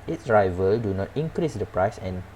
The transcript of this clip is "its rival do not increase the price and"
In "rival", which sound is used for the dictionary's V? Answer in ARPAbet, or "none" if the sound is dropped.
V